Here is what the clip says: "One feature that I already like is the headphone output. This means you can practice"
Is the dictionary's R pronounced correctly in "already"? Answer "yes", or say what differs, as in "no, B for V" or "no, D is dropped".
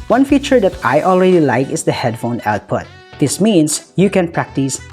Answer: yes